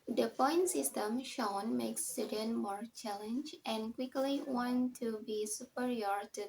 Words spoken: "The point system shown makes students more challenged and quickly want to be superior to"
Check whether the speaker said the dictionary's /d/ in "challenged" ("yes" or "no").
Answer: no